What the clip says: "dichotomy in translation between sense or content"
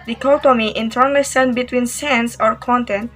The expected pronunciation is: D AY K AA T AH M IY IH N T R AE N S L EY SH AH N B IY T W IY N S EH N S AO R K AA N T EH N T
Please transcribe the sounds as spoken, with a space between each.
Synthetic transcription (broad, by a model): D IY K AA T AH M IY IH N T AE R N L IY S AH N B IY T W IY N S EH N S AO R K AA N T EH N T